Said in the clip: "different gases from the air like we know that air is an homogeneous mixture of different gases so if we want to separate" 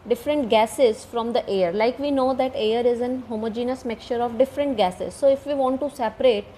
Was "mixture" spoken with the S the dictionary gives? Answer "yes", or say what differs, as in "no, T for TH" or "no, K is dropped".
no, S is dropped